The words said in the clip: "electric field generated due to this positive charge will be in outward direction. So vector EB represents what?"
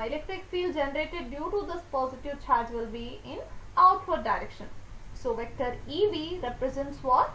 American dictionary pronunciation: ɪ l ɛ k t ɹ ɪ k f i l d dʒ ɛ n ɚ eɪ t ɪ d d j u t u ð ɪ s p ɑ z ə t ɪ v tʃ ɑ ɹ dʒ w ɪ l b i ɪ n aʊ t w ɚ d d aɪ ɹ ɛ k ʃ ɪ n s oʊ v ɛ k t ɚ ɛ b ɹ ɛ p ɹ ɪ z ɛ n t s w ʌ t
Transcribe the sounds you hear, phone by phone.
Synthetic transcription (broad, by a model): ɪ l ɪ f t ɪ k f i l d dʒ ɛ n ɚ eɪ t ɪ d d j u t u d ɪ s p ɑ z ə t ɪ v tʃ ɑ ɹ dʒ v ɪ l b i ɪ n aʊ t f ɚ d d aɪ ɹ ɛ k ʃ ɪ n s oʊ v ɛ k t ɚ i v ɹ ɛ p ɹ ɪ z ɛ n t s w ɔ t